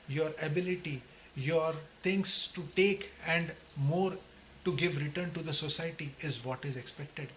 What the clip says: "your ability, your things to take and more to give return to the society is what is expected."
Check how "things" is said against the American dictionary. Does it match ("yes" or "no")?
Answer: no